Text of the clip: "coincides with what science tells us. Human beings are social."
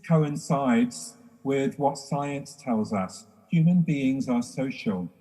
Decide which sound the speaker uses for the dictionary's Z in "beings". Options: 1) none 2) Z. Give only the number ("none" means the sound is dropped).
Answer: 2